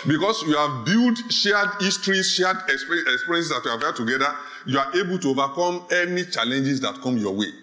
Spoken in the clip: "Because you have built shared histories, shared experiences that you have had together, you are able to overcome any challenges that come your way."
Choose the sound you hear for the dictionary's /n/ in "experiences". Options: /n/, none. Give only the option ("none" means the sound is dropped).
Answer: none